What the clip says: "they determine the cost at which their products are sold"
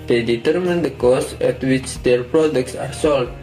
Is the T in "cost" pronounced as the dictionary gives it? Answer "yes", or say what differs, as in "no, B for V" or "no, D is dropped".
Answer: no, T is dropped